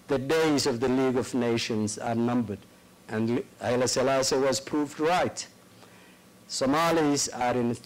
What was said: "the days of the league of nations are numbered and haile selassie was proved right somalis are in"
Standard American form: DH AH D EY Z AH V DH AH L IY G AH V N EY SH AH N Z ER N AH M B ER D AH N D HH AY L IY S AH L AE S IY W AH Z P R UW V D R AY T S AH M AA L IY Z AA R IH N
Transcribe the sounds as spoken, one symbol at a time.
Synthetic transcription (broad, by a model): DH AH D EY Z AH V DH AH L IY G AH V N EY SH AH N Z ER N AH M B ER D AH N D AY L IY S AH L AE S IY W AH Z P R UW V D R AY T S AH M AA L IY Z AA R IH N